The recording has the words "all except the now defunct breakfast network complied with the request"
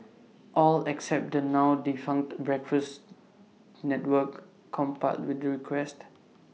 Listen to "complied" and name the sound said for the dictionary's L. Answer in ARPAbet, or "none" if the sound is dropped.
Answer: none